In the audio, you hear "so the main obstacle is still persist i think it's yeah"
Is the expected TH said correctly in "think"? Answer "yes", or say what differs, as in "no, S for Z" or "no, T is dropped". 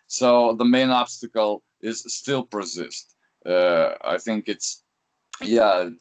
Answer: yes